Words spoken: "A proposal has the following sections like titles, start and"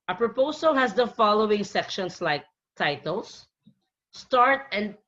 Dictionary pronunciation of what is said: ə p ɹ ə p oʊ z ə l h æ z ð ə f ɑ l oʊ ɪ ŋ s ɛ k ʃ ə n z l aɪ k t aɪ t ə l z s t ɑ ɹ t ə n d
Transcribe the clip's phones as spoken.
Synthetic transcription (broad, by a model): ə p ɹ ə p oʊ s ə l h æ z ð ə f ɑ l oʊ ɪ ŋ s ɛ k ʃ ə n s l aɪ k t aɪ t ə l s t ɑ ɹ t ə n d